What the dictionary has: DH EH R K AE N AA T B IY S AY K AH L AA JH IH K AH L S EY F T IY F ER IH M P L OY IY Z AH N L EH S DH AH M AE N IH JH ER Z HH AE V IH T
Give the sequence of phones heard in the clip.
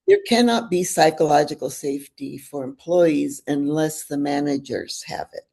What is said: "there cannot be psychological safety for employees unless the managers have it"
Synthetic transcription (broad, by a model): DH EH R K AE N AA T B IY S AY K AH L AA JH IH K L S EY F T IY F ER IH M P L OY IY Z AH N L EH S DH AH M AE N IH JH ER Z HH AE V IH T